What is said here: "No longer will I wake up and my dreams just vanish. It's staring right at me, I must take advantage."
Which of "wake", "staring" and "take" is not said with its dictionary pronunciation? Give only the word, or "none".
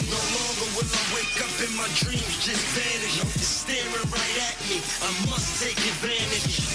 none